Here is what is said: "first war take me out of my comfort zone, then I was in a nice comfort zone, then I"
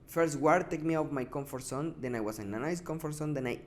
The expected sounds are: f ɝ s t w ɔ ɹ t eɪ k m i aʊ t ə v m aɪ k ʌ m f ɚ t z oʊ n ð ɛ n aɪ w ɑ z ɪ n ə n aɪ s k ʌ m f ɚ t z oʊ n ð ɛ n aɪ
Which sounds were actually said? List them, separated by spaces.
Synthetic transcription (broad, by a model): f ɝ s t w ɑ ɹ t eɪ k m i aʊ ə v m aɪ k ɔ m f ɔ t s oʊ n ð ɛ n aɪ w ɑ s ɪ n ə n aɪ s k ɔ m f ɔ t s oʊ n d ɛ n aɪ